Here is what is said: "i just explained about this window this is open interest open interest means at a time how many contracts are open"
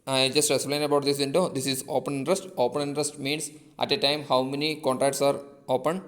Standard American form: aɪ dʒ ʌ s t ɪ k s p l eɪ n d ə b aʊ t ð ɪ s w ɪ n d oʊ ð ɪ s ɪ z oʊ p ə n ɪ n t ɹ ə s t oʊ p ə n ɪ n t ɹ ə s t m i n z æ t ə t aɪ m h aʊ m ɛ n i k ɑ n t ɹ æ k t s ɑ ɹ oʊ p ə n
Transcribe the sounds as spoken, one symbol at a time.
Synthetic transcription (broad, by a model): aɪ dʒ ʌ s t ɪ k s p l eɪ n ə b aʊ t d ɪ s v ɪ n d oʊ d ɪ s ɪ z oʊ p ə n ɪ n t ɹ ə s t oʊ p ə n ɪ n t ɹ ə s t m i n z æ t ə t aɪ m h aʊ m ɛ n i k ɑ n t ɹ æ k t s ɑ ɹ oʊ p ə n